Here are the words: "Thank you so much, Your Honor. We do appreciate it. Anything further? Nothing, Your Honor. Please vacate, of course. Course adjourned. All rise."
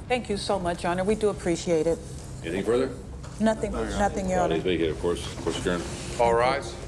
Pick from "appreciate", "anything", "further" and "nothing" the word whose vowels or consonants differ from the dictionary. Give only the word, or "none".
none